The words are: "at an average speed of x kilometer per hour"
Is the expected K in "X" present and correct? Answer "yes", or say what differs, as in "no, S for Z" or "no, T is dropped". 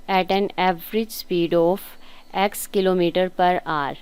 yes